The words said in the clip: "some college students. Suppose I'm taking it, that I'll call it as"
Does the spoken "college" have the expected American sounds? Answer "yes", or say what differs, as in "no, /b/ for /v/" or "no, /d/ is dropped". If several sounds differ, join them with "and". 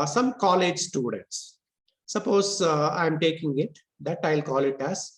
yes